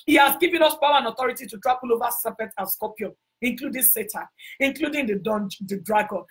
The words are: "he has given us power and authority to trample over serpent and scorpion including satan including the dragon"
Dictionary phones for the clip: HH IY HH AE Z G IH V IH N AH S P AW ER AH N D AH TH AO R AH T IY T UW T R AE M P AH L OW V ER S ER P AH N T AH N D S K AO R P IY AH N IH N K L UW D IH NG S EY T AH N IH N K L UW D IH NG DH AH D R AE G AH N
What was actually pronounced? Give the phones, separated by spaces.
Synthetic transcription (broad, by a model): HH IY HH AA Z G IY V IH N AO S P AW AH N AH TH AO R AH T IY T UW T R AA P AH L OW V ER S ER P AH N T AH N S K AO P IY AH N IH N K L UW D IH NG S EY T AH IH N K L UW D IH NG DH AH D R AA G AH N